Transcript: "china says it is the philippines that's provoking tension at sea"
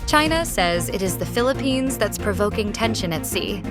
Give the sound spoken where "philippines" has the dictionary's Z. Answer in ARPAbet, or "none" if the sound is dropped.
Z